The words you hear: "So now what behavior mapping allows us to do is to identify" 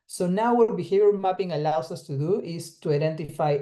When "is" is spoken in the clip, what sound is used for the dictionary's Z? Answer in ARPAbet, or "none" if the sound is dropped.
S